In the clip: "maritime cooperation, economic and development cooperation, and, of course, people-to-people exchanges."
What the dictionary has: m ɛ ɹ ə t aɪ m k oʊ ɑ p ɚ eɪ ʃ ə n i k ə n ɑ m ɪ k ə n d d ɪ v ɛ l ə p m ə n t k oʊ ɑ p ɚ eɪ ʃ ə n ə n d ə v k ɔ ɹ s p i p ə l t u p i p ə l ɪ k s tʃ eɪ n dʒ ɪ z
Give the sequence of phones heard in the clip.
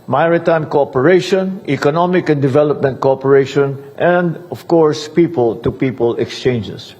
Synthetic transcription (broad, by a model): m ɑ ɹ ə t aɪ m k oʊ ɑ p ɚ eɪ ʃ ə n i k ə n ɑ m ɪ k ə n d d ɪ v ɛ l ə p m ə n t k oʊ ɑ p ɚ eɪ ʃ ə n ə n d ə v k ɔ ɹ s p i p ə l t u p i p ə l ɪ k s tʃ eɪ n dʒ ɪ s